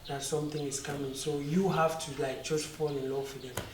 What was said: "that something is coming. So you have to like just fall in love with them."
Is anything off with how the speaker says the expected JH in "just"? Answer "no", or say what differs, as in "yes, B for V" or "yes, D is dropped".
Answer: yes, CH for JH